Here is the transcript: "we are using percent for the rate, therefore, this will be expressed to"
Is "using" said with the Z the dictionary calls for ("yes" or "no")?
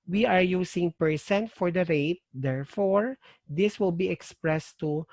no